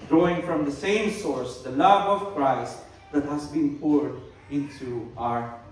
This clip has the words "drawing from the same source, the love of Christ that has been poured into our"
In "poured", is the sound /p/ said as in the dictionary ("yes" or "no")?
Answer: yes